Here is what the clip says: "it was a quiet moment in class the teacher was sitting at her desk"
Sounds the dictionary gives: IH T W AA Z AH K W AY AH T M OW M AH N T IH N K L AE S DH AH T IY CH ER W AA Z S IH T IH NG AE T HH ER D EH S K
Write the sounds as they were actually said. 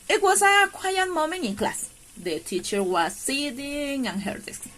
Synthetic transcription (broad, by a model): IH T W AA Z AH K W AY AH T M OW M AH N IH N K L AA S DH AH T IY CH ER W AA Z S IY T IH NG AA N HH ER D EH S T